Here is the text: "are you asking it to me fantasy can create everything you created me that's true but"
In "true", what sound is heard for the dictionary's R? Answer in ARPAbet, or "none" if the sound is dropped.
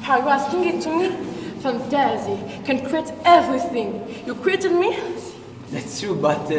none